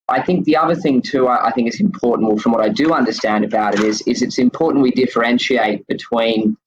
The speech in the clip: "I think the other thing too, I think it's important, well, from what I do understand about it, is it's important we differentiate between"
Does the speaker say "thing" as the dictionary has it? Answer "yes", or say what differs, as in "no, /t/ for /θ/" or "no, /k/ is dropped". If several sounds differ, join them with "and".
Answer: yes